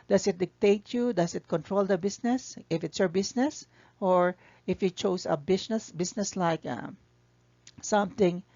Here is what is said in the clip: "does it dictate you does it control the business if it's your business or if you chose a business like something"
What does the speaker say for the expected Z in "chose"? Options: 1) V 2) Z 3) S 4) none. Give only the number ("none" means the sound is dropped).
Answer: 3